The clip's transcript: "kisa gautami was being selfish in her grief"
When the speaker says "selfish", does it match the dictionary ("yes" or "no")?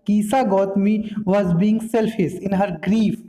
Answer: no